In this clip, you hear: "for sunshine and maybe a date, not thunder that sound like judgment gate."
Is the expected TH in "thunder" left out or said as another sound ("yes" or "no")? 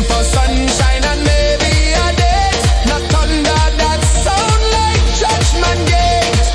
yes